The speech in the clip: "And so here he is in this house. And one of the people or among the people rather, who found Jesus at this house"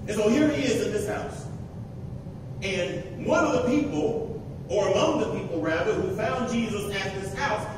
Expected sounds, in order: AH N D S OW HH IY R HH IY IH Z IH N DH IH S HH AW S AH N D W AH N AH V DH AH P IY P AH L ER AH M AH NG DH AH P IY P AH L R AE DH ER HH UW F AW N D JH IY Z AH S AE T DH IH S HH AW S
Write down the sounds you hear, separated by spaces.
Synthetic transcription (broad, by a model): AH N S OW HH IY R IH IH Z IH N DH IH S HH AW S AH N W AH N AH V DH AH P IY P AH L ER AH M AH NG DH AH P IY P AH R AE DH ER HH UW F AW N JH IY Z AH S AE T DH IH S HH AW S